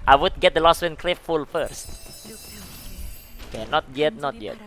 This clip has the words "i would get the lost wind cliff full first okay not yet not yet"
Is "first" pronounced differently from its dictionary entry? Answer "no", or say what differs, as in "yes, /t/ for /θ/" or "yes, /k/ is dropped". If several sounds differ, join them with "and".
no